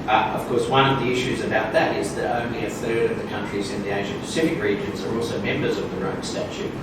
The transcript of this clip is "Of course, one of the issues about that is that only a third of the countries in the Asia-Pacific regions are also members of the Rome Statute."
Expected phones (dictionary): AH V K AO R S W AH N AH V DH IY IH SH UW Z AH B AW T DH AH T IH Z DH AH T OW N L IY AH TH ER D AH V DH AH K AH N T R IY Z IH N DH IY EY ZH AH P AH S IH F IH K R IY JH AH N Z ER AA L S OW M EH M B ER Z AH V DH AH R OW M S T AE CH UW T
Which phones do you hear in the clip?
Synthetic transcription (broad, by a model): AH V K AO R S W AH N AH V DH IY IH SH UW Z AH B AW T DH AH T IH Z DH AH T OW N L IY AH TH ER D AH V DH AH K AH N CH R IY Z IH N DH IY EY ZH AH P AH S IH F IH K R IY JH AH N Z ER AA L S OW M EH M B ER Z AH V DH AH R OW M S T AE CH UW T